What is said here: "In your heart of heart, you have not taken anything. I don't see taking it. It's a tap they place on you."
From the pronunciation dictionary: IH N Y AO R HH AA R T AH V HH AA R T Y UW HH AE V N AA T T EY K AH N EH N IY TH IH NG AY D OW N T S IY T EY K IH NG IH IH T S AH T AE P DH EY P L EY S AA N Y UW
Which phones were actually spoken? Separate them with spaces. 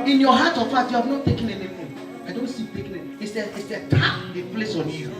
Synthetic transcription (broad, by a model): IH N Y AO HH AA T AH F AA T Y UW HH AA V N AA T T EY K AH N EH N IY F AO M AY D OW N T S IY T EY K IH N IH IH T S AH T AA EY P L EY S AA N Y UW